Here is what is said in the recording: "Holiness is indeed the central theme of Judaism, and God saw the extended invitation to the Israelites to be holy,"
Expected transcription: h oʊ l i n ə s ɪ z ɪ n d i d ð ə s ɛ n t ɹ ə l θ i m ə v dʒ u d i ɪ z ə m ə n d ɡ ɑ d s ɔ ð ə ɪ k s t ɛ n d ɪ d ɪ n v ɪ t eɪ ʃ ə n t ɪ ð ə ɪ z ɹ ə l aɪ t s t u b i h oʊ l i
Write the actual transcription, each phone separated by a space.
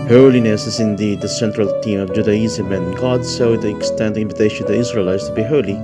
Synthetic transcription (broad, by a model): h oʊ l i n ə s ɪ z ɪ n d i d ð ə s ɛ n t ɹ ə l t i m ə v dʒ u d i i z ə m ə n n ɡ ɑ d s ɔ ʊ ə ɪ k s t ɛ n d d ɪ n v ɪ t eɪ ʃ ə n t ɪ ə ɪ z ɹ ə l aɪ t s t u b i h oʊ l i